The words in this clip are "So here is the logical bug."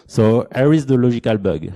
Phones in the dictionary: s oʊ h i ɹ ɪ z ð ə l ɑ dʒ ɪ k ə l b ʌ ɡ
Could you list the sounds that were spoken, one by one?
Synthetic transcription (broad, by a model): s oʊ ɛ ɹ ɪ z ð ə l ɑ ʒ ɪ k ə l b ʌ ɡ